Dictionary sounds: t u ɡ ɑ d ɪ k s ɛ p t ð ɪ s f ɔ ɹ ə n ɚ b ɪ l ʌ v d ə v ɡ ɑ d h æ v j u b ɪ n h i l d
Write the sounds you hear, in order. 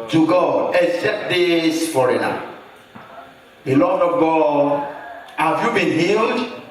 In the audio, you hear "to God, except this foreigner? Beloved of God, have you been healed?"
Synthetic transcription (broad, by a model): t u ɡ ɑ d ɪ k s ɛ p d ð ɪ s f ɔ ɹ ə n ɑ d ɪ l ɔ d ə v ɡ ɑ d h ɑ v j u b ɪ n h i l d